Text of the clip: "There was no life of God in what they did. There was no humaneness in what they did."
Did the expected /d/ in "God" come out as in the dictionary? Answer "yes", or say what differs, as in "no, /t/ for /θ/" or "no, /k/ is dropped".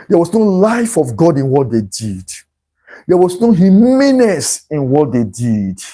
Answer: yes